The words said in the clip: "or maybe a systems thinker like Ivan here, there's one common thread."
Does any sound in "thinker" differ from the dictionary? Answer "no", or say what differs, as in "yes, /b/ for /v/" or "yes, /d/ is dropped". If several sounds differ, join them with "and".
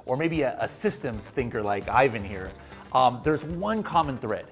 no